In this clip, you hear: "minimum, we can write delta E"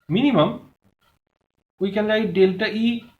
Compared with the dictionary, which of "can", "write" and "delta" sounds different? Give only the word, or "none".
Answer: write